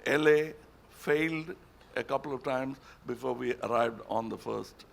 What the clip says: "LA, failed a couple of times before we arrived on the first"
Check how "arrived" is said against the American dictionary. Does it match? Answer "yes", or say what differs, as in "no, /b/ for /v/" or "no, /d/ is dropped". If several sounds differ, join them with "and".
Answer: yes